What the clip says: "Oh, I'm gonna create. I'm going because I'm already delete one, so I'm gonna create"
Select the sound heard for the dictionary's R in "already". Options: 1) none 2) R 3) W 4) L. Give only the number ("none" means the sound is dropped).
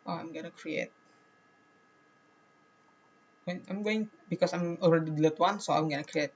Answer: 4